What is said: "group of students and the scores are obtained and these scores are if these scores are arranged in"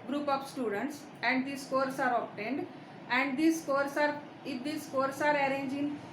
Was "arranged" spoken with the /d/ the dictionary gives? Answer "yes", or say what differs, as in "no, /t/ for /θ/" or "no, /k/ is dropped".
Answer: no, /d/ is dropped